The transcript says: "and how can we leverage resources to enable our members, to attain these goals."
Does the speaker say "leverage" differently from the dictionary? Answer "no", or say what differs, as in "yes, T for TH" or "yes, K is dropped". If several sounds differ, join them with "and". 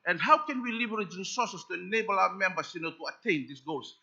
yes, B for V